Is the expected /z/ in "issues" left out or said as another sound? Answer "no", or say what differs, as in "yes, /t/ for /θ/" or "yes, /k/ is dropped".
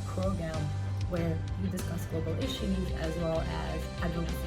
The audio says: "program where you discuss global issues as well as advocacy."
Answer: no